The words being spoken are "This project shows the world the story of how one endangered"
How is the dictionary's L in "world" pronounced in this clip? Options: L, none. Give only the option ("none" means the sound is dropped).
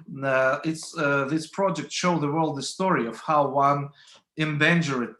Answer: L